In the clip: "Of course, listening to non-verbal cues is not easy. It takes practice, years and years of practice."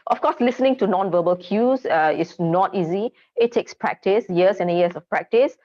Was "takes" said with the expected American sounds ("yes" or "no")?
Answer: yes